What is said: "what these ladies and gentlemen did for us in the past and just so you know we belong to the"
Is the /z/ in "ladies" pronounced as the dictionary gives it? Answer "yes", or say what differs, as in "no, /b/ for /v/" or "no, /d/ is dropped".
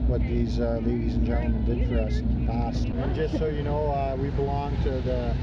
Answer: yes